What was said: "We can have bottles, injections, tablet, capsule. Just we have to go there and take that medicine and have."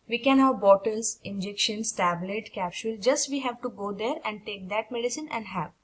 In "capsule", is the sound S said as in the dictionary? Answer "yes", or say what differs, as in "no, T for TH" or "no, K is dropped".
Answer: no, SH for S